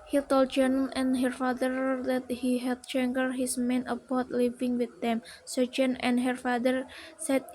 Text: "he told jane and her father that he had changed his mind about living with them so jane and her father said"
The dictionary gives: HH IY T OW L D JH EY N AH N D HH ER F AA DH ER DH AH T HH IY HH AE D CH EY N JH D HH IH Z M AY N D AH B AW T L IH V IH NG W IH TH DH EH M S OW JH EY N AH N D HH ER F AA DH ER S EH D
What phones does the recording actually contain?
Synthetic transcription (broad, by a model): HH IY T OW L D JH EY N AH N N HH ER F AA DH ER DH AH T HH IY HH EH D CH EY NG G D HH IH S M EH N AH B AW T L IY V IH NG W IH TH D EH M S OW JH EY N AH N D HH ER F AA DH ER S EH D